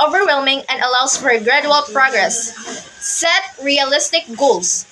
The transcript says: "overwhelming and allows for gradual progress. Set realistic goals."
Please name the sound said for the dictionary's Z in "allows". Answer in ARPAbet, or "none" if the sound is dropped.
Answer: S